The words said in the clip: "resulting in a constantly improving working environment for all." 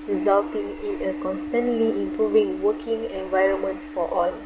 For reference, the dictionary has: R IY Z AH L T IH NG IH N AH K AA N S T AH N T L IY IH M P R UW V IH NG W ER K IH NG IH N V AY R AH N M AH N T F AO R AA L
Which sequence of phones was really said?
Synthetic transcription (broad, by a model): R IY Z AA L T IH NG IH N AH K AA N S T AH N T L IY IH M P R UW V IH NG W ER K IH NG IH N V AY R AH N M AH N T F AO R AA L